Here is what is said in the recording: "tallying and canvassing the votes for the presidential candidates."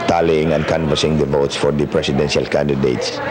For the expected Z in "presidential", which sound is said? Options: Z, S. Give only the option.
S